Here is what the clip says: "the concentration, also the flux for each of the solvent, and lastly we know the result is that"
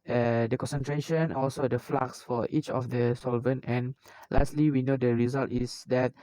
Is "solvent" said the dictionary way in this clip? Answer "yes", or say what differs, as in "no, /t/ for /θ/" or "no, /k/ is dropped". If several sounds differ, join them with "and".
yes